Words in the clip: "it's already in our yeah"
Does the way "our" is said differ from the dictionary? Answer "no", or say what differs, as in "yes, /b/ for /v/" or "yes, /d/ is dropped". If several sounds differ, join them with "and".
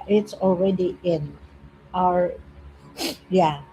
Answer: no